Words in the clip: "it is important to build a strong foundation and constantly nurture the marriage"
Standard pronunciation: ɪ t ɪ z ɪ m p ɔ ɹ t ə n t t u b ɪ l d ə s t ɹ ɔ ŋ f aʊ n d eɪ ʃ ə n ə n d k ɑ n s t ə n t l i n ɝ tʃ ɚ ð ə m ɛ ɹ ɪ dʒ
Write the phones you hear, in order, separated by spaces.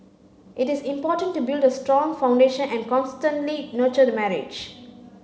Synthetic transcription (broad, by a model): ɪ t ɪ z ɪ m p ɔ t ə n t t u b ɪ l d ə s t ɹ ɔ ŋ f aʊ n d eɪ ʃ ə n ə n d k ɑ n s t ə n t l i n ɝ tʃ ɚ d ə m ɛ ɹ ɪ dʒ